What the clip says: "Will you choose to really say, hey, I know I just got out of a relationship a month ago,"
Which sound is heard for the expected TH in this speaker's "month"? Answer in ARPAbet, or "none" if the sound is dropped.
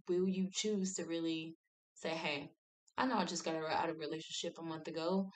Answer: TH